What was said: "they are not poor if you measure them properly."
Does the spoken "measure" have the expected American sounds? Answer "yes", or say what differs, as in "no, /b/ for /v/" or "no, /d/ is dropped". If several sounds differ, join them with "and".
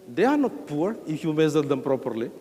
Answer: no, /z/ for /ʒ/